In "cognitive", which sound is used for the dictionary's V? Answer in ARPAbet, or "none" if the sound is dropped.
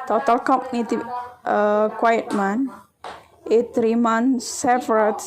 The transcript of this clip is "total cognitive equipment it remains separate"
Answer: none